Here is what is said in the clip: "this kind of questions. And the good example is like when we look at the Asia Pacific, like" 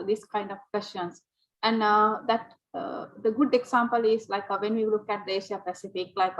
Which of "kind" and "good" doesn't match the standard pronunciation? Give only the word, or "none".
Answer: none